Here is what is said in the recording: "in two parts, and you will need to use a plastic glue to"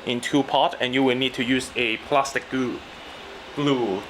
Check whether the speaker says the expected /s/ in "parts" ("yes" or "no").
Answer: no